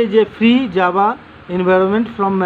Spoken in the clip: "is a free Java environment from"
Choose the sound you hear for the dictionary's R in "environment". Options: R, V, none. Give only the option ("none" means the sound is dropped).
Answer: R